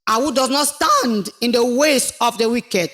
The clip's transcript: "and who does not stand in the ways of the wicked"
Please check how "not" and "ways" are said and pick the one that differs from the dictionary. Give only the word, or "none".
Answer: ways